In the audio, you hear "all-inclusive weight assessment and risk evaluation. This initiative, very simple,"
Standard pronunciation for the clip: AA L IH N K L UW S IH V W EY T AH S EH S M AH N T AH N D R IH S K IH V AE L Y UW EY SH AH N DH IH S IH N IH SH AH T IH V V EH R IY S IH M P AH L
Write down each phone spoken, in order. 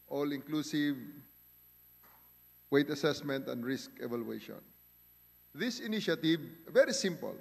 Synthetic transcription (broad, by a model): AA L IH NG K L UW S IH V W EY T AH S EH S M AH N T AH N D R IH S K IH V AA L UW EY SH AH N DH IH S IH N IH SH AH T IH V V EH R IY S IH M P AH L